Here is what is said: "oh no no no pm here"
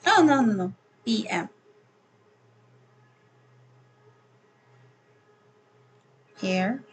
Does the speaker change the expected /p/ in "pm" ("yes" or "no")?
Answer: yes